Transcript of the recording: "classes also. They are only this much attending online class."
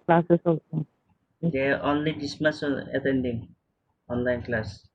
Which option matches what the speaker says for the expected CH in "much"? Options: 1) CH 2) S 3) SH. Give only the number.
2